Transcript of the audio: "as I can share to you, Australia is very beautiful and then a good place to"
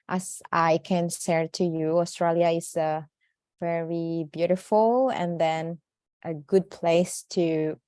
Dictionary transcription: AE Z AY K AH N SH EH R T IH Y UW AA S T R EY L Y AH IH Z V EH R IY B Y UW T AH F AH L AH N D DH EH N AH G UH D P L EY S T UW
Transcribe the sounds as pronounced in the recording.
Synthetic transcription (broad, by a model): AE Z AY K AH N S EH R T IH Y UW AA S T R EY L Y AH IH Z V EH R IY B Y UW T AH F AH L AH N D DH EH N AH G UH D P L EY S T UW